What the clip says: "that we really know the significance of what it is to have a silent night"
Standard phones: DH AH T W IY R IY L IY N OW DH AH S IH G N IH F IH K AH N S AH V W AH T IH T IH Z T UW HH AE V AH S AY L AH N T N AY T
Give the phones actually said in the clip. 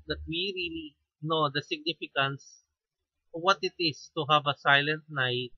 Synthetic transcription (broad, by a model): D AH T W IY R IY L IY N OW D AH S IH G N IH F IH K AH N S W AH T IH T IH S T UW HH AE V AH S AY L AH N T N AY T